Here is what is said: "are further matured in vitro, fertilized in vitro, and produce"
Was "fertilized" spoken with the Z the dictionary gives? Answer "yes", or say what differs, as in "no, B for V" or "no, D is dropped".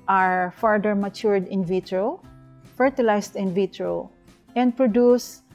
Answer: no, S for Z